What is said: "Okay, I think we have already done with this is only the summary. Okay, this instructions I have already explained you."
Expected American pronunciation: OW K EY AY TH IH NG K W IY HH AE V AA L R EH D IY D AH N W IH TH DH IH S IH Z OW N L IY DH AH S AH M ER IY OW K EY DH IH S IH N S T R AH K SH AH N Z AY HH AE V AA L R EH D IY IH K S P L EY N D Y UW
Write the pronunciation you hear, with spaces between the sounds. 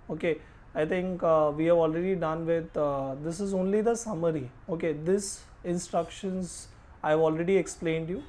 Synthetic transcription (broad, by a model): OW K EY AY T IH NG K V IY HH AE V AA L R EH D IY D AH N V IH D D IH S IH Z OW N L IY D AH S AH M ER IY OW K EY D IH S IH N S T R AH K SH AH N Z AY V AA L R EH D IY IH K S P L EY N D Y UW